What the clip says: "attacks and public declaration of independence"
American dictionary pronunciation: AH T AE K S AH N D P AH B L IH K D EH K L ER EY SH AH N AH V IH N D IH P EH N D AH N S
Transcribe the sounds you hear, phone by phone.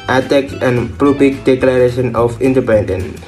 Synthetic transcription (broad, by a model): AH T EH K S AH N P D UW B IH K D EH K L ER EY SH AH N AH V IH N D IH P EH N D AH N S